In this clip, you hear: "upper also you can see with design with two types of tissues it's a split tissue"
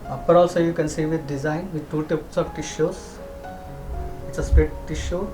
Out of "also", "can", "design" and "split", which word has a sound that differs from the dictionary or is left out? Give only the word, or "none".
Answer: split